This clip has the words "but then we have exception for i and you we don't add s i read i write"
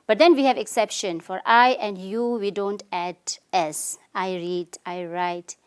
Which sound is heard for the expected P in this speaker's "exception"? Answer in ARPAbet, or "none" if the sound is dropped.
P